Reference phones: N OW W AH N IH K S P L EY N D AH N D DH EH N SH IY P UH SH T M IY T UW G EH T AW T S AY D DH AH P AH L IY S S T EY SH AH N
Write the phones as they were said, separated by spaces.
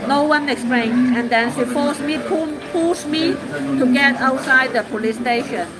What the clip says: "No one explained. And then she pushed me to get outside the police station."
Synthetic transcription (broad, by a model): N OW W AH N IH K S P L EY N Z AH N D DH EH N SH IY F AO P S M IY T UW G EH T AW T S AY D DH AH P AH L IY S S T EY SH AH N